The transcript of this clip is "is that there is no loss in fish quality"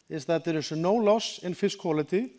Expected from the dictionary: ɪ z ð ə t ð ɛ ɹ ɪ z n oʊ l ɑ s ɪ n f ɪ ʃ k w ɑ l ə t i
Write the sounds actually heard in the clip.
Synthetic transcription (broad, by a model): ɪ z ð ə t ð ɛ ɹ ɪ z n oʊ l ɑ s ɪ n f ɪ s k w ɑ l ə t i